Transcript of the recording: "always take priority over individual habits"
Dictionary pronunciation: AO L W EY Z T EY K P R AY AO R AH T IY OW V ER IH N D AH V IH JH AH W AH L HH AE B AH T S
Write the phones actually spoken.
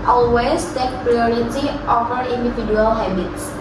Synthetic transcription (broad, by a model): AO L W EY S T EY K P R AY AO R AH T IY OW F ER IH N D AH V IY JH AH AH L HH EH B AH T S